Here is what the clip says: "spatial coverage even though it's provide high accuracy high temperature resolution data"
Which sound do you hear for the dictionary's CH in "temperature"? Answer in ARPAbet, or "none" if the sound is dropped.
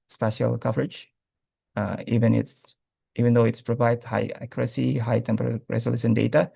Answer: none